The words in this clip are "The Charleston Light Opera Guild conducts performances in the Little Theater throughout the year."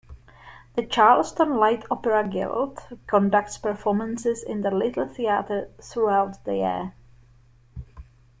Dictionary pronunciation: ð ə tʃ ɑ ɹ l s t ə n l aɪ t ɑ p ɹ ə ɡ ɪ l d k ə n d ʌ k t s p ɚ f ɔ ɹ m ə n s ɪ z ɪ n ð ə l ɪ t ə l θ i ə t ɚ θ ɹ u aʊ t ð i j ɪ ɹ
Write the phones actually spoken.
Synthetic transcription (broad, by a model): ð ə tʃ ɑ ɹ l s t ə n l aɪ t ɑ p ɹ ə ɡ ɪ l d k ə n d ʌ k t s p ɚ f ɔ ɹ m ə n s ɪ z ɪ n ð ə l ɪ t l θ i ə t ɚ θ ɹ u aʊ t ð i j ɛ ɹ